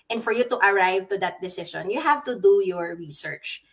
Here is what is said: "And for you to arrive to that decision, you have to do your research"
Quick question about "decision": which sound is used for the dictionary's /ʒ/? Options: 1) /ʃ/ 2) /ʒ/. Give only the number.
1